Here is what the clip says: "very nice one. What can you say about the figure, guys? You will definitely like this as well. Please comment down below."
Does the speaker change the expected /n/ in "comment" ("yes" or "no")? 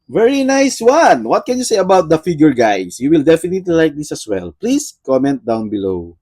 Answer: no